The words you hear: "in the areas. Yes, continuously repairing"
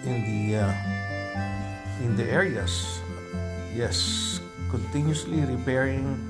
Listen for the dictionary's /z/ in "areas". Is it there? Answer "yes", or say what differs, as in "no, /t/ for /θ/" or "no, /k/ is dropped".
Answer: no, /s/ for /z/